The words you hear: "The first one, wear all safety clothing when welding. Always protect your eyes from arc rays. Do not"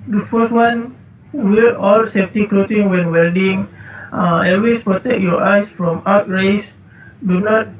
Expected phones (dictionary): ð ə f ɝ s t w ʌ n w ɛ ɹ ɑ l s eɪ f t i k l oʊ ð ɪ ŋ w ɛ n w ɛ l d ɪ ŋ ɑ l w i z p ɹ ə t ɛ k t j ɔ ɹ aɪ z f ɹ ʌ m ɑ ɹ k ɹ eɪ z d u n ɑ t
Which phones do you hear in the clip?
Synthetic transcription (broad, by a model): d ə f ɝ s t w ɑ n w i l ɑ l s eɪ f t i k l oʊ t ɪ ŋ w ɛ n w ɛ l d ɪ ŋ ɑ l w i s p ɹ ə t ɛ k j ɔ aɪ s f ɹ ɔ m ɑ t ɹ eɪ s d u n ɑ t